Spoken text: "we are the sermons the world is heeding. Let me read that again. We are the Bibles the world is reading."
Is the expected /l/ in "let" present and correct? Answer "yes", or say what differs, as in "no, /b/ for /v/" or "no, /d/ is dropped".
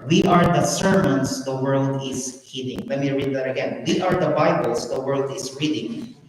no, /w/ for /l/